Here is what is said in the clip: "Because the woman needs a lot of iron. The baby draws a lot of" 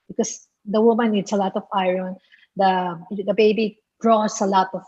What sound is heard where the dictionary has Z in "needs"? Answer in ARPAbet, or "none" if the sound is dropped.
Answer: S